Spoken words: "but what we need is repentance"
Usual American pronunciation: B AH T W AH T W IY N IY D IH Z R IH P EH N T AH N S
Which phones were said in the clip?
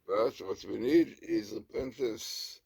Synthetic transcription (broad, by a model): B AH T W AH T W IY N IY D IH Z R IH P EH N T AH N S